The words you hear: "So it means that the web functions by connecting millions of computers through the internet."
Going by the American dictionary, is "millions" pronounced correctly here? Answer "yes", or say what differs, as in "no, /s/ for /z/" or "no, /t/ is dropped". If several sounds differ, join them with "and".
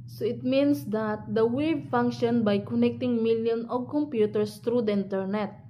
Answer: no, /z/ is dropped